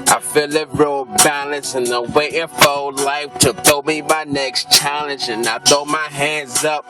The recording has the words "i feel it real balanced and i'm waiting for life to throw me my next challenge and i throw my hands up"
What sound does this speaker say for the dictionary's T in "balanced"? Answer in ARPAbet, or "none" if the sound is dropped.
none